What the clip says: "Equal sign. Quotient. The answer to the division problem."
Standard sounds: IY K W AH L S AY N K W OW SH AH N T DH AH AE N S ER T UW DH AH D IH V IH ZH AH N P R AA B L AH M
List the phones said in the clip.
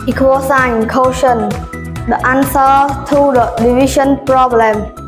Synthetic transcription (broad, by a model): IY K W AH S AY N K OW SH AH N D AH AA N S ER T UW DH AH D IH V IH SH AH N P R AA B L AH M